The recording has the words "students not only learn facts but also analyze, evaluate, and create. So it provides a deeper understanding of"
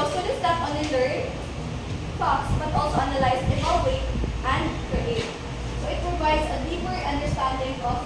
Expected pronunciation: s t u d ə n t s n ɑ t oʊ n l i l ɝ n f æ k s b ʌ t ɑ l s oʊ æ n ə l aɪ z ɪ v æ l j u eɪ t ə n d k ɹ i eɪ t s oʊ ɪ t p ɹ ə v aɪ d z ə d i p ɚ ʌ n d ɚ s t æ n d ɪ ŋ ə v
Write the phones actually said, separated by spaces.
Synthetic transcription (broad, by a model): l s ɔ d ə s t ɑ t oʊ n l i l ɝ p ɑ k s b ʌ t ɑ l s oʊ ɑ n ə l aɪ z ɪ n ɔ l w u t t ə n d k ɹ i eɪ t s oʊ ɪ t p ɹ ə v aɪ d s ə d i p ɚ ʌ n d ɚ s t æ n d ɪ ŋ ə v